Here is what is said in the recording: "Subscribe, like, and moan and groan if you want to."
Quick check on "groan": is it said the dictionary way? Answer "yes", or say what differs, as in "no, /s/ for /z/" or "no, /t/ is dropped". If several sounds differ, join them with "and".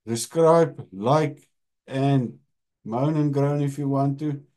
yes